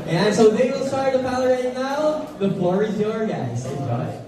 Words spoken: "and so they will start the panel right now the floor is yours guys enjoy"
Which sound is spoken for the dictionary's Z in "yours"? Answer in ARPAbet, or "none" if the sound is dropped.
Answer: none